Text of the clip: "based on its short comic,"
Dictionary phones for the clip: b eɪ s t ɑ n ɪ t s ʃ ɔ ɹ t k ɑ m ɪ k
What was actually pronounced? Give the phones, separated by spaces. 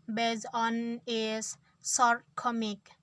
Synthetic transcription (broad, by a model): b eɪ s ɑ n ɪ s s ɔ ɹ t k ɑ m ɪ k